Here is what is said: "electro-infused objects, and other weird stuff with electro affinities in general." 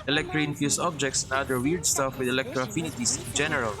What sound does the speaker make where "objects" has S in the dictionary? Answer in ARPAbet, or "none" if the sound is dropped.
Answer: S